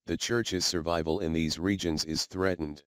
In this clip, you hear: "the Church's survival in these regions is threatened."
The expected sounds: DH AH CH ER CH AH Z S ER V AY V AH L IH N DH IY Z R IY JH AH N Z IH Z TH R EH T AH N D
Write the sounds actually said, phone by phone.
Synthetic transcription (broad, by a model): DH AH CH ER CH AH Z S ER V AY V AH L IH N DH IY Z R IY JH AH N Z IH Z TH R EH T N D